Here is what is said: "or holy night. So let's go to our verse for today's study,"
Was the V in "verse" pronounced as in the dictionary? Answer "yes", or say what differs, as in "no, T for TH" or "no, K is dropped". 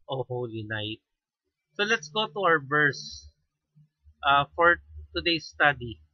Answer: no, B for V